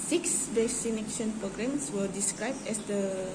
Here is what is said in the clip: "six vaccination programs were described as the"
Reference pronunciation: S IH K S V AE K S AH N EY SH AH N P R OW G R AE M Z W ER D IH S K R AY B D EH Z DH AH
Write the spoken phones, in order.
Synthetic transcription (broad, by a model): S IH K S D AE S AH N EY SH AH N P R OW G R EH M S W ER D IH S K R AY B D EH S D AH